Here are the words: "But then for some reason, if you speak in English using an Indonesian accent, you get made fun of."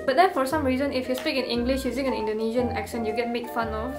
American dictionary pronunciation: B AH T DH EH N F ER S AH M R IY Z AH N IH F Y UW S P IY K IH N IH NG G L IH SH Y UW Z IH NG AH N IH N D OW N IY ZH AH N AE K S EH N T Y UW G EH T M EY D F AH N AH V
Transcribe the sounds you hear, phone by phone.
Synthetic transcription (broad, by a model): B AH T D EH N F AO S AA M R IY Z AH N IH F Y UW S P IY K IH N IH NG G L IH SH Y UW Z IH NG AH N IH N D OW N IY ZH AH N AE K SH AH N Y UW G EH T M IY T F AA N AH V